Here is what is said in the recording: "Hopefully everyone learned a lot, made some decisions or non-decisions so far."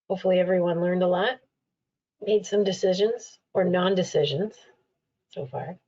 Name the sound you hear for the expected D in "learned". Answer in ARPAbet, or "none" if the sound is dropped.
D